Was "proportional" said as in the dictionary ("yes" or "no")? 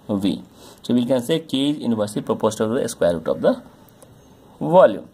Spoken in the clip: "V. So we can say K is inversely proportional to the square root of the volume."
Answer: no